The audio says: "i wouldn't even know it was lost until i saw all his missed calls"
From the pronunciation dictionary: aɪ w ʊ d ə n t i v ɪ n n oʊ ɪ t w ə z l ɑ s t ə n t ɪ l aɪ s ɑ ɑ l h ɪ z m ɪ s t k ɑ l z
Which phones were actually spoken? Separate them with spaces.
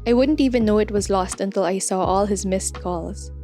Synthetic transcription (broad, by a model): aɪ w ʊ d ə n t i v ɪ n n oʊ ɪ t w ə z l ɑ s t ə n t ɪ l aɪ s ɑ ɑ l h ɪ z m ɪ s t k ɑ l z